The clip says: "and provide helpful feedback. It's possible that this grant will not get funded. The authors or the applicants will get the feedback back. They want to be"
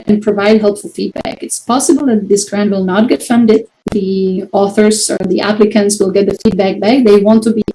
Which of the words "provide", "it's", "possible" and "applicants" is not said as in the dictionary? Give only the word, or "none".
none